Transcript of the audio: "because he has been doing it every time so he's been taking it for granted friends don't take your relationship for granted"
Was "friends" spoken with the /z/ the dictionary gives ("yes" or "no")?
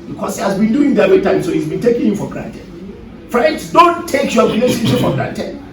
no